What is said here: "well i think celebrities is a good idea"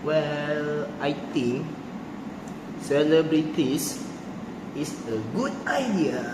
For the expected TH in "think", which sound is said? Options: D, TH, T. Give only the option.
T